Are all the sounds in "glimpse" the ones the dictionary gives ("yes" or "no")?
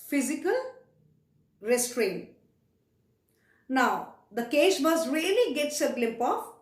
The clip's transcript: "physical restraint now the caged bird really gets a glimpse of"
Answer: no